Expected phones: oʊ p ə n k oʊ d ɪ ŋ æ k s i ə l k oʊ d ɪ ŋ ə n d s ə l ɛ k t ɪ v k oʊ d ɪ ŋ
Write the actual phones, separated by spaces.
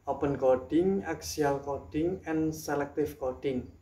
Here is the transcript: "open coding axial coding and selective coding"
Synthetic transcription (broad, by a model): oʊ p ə n k oʊ d ɪ ŋ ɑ k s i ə l k oʊ d ɪ ŋ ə n s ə l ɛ k t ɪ f k oʊ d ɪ ŋ